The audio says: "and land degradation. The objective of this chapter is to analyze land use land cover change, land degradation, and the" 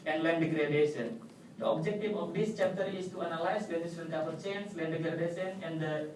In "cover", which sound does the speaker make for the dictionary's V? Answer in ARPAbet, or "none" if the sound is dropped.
P